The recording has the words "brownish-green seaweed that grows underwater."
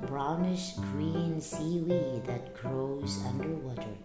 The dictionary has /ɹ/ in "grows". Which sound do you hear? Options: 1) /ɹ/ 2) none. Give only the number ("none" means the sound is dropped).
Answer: 1